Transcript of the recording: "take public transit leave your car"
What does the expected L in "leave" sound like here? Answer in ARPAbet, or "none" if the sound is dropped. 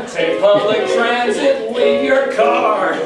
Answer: W